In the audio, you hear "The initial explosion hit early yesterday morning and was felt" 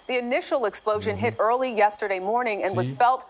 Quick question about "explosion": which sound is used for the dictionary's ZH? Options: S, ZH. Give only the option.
ZH